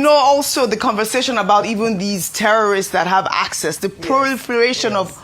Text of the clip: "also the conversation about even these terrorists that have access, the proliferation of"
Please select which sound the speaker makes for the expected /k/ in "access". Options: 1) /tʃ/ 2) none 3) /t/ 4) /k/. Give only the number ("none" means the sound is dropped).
4